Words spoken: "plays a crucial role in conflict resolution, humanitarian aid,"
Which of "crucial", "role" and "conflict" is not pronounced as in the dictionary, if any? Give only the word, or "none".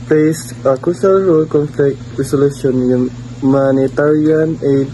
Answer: crucial